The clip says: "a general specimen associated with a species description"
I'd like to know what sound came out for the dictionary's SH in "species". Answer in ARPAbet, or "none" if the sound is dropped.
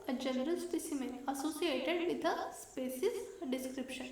S